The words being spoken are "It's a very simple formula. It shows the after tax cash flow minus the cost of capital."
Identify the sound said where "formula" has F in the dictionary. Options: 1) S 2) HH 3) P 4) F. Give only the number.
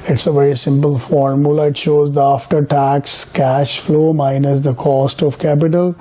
4